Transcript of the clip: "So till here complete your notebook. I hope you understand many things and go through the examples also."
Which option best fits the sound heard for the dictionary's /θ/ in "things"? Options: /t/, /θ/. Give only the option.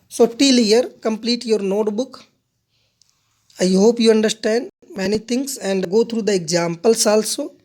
/t/